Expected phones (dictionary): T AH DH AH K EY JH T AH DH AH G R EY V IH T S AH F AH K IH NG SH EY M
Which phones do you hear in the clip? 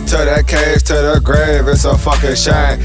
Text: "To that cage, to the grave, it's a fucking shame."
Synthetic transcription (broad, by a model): T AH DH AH K EY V T AH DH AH G R EY V IH T S AH F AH K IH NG SH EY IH